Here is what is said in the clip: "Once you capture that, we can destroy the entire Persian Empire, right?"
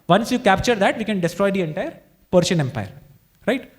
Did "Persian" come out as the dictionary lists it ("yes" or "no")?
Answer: no